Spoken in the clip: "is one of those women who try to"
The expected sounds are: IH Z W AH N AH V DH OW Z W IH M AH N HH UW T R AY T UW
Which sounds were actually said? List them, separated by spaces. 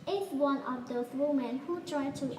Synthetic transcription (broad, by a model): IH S W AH N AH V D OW S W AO M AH N HH UW T R AY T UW